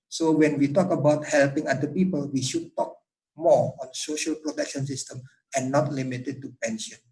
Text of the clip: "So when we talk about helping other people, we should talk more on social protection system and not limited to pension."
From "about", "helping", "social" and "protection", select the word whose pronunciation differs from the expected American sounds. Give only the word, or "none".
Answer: none